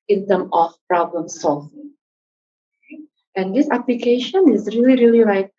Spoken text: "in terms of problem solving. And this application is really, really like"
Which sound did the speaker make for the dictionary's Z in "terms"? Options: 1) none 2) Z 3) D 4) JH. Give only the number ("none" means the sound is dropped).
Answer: 1